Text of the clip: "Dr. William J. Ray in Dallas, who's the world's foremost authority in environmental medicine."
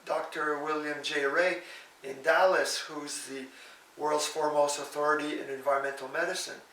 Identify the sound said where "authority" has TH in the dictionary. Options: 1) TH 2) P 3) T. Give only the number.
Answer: 1